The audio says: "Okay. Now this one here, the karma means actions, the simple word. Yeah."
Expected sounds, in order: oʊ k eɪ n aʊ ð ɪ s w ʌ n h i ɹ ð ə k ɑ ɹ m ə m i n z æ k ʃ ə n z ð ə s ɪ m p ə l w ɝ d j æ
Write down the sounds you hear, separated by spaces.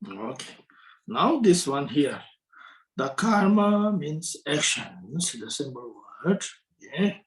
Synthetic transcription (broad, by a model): oʊ k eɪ n aʊ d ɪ s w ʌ n h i ɹ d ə k ɑ ɹ m ə m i n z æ k ʃ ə n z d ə s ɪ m b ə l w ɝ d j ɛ